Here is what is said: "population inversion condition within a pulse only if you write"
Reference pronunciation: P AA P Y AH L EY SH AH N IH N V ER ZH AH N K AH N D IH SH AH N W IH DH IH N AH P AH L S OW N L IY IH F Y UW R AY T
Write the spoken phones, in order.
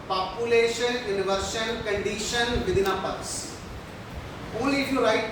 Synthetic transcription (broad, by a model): P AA P Y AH L EY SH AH N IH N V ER S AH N K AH N D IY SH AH N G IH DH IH N AH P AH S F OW L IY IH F Y UW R AY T